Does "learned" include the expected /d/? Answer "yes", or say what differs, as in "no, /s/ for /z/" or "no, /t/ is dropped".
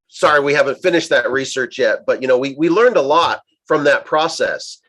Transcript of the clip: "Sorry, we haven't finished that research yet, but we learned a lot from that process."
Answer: yes